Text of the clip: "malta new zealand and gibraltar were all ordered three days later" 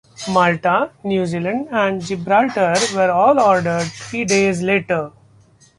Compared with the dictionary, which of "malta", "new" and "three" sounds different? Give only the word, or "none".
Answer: three